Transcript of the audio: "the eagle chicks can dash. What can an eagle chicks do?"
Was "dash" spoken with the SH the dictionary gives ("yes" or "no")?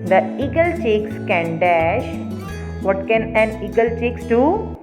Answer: yes